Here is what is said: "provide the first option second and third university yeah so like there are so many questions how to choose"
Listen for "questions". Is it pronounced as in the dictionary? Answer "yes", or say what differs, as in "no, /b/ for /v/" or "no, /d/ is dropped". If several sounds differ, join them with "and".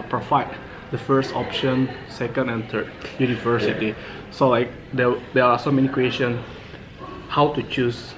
no, /z/ is dropped